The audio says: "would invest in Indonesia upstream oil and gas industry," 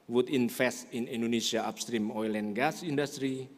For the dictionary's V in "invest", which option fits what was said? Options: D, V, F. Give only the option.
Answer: F